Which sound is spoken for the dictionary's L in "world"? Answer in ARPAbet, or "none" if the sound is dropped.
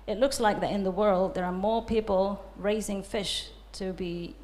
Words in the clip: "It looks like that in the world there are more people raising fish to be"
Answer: L